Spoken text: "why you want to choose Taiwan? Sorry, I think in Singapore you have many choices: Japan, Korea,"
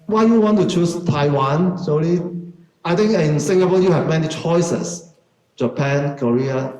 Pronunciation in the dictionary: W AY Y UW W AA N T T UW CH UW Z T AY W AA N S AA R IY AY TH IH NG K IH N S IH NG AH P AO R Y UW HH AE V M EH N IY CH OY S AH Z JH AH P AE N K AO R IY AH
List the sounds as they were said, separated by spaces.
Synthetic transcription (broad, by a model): W AY Y UW W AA N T T UW CH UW S T AY W AA N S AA L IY AY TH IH NG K IH N S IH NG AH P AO Y UW HH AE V M EH N IY CH OY S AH S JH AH P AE N K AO R IY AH